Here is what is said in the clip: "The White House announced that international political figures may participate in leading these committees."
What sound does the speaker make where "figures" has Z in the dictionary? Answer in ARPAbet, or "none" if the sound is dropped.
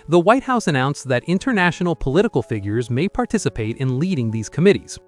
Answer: Z